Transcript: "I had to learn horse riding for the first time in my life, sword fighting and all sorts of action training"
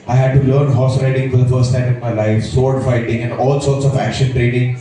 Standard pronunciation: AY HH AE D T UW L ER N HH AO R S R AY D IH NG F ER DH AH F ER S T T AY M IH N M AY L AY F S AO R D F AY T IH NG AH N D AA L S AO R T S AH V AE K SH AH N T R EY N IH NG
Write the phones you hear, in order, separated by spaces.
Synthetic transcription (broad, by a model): AY HH AE D T UW L ER N HH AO S R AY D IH NG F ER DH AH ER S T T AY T IH N M AY L AY F S AO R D F AY T IH NG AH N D AA L S AO R T S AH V AE K SH AH N T R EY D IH NG